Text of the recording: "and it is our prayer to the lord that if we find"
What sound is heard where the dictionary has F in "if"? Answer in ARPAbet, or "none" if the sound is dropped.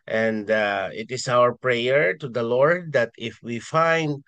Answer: F